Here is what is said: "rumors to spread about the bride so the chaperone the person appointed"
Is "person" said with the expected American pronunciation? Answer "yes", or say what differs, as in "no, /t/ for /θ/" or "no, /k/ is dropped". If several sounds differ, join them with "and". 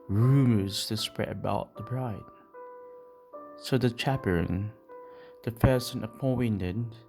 no, /f/ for /p/